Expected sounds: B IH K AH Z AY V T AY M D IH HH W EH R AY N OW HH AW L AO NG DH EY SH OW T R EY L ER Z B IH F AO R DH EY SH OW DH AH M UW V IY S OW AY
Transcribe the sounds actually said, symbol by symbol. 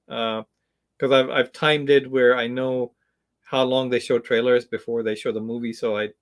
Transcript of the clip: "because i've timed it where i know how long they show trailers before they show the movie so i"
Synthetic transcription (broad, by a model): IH K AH Z AY V T AY M D IH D W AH R AY N OW HH AW L AO NG DH EY SH OW T R EY L ER Z B IH F AO R DH EY SH OW DH AH M UW V IY S OW AY